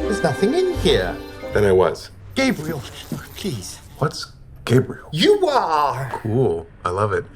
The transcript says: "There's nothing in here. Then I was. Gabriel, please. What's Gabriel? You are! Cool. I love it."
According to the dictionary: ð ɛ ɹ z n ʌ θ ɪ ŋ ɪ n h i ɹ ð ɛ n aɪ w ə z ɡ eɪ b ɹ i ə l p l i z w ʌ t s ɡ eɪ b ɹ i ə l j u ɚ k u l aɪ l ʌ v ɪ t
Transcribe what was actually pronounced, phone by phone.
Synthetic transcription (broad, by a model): ð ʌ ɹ z n ʌ θ ɪ ŋ ɪ n h i ɹ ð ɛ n aɪ w ə z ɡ eɪ b ɹ i l p l i z w ʌ t s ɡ eɪ b ɹ i l j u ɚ k u l aɪ l ʌ v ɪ t